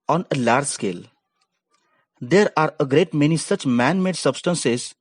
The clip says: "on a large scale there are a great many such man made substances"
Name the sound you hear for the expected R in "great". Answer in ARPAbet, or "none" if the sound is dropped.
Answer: R